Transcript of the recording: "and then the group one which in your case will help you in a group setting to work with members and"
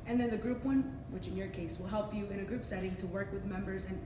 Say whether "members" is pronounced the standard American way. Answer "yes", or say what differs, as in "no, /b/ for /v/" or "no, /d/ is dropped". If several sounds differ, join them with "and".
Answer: yes